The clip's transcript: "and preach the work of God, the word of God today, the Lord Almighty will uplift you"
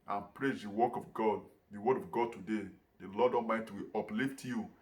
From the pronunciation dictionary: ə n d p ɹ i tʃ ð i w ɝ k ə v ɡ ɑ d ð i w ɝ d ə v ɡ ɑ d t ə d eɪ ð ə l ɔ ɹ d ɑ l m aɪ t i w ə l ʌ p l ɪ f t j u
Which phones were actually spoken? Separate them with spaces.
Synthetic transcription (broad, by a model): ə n p ɹ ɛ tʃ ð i w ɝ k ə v ɡ ɑ d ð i w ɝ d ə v ɡ ɑ d t ə d eɪ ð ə l ɔ d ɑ m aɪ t w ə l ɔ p l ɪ f t j u